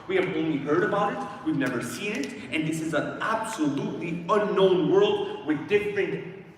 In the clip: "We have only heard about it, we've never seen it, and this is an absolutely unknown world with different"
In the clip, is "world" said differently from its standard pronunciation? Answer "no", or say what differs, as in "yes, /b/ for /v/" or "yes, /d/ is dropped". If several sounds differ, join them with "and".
no